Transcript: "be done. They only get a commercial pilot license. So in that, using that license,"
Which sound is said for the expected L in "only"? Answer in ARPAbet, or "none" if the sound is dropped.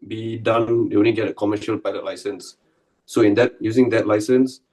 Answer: none